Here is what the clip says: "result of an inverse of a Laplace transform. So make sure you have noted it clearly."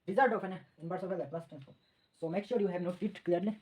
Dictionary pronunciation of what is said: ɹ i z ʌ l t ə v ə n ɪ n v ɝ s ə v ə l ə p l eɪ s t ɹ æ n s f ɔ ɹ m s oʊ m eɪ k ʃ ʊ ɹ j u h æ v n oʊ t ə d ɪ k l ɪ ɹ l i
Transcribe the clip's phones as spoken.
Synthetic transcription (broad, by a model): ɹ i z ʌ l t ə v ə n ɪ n b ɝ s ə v ə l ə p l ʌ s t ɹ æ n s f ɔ s oʊ m eɪ k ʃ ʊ ɹ j u h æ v n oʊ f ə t k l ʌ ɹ l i